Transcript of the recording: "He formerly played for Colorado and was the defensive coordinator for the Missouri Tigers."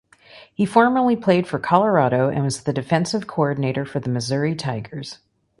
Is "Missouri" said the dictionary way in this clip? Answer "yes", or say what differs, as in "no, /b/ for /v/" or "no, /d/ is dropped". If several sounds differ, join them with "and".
yes